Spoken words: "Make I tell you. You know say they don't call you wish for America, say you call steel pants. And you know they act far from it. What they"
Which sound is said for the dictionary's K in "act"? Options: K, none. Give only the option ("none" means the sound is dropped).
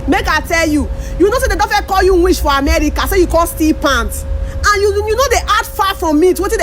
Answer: none